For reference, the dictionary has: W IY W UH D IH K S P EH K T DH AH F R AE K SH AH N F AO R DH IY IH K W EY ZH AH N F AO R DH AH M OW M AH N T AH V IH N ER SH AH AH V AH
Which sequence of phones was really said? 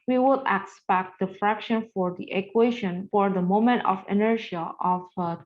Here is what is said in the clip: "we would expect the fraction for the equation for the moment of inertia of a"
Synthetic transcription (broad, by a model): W IY W UH D IH K S P EH K T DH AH F R AE K SH AH N F AO R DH IY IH K W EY SH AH N F AO R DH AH M OW M AH N T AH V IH N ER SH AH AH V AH